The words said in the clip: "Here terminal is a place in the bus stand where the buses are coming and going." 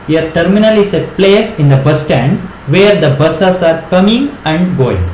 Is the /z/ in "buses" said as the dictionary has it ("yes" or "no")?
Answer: no